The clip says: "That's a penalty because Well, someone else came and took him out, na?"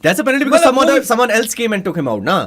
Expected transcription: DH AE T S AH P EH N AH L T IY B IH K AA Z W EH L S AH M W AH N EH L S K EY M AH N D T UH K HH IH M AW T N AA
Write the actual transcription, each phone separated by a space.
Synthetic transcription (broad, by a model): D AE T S AH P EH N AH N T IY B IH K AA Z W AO N S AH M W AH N EH L S K EY M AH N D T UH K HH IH M AW T N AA